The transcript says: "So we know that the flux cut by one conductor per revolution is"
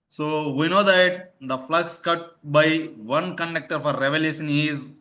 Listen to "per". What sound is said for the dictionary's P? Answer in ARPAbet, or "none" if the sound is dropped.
F